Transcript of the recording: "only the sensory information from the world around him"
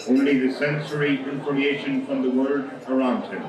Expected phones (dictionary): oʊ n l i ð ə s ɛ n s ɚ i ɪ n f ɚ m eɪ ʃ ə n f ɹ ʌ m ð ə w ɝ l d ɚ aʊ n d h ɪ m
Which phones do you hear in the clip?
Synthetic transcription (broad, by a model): oʊ n l i ð ə s ɛ n s ɚ i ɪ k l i eɪ ʃ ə n f ɹ ʌ m ð ə w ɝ d ɚ aʊ n d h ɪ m